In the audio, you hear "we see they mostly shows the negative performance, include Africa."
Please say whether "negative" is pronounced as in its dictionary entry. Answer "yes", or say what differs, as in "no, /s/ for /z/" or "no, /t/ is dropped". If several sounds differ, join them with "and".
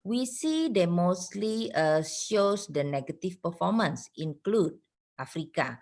no, /f/ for /v/